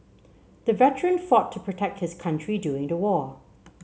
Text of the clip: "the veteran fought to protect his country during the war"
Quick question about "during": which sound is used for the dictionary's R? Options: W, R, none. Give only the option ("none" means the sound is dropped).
none